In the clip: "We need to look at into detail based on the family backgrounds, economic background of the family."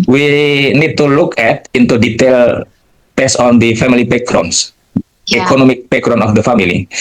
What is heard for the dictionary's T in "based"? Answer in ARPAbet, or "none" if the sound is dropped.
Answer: none